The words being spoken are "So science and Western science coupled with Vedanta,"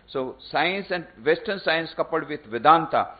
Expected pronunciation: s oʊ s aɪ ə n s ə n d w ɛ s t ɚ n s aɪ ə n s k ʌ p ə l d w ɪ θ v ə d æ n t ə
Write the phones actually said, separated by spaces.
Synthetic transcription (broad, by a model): s oʊ s aɪ ə n s ə n d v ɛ s t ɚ n s aɪ ə n s k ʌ p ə d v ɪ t v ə d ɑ n t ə